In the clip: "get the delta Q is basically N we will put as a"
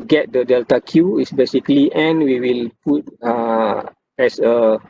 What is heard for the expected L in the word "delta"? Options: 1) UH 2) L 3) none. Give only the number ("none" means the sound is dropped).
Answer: 2